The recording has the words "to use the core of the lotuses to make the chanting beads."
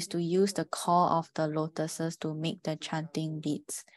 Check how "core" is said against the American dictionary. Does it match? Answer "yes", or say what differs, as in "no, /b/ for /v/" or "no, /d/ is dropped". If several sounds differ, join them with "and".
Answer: no, /l/ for /ɹ/